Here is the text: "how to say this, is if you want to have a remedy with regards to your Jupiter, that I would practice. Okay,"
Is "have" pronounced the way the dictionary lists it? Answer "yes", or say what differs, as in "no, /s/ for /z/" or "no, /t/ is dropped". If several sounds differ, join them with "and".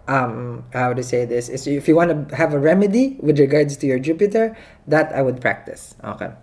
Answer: yes